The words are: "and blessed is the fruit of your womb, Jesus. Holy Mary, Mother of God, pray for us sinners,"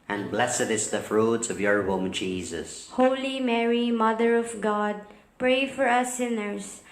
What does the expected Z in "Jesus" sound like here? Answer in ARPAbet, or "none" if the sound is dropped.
Z